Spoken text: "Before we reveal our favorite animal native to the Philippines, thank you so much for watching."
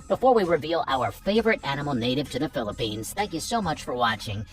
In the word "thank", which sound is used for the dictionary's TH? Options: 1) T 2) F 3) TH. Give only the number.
3